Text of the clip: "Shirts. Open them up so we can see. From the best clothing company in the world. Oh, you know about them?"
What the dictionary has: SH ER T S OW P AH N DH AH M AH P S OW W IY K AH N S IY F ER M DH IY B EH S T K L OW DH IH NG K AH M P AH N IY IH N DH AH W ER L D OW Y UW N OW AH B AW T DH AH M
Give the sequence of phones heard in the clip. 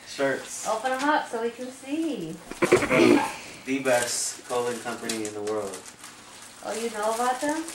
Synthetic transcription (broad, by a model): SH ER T S OW P AH N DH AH M AH P S OW W IY K AH N S IY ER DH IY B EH S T K OW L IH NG K AH M P AH N IY IH N DH AH W ER L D OW Y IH N OW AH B AW T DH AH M